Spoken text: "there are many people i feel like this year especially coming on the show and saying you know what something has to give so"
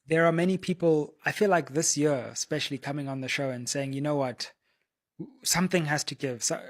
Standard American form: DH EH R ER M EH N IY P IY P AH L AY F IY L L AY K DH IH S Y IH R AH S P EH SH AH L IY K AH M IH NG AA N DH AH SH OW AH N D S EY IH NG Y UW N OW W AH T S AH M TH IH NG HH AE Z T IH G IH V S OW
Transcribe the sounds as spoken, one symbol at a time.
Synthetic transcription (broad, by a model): DH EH R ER M EH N IY P IY P AH L AY F IY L L AY K DH IH S Y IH AH S P EH SH AH L IY K AH M IH NG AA N DH AH SH OW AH N S EY IH NG Y UW N OW W AH T S AH M TH IH NG HH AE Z T IH G IH V S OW